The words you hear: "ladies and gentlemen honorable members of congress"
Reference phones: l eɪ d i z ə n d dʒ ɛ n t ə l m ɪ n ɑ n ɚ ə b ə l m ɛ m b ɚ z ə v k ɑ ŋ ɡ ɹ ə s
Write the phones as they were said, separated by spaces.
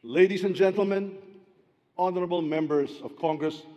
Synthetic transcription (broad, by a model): l eɪ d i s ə n dʒ ɛ n t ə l m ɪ n ɑ n ɚ ə b ə l m ɛ m b ɚ s ə v k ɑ ŋ ɡ ɹ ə s